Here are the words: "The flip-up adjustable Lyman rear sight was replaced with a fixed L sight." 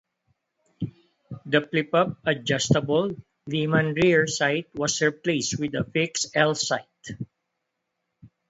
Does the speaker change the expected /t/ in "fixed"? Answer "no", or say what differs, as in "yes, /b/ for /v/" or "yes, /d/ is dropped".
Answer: yes, /t/ is dropped